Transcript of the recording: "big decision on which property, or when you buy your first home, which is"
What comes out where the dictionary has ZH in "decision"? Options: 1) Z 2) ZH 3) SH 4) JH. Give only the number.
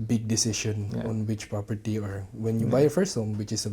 3